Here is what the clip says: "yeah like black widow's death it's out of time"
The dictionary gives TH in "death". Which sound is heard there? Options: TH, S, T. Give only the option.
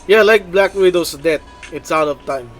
T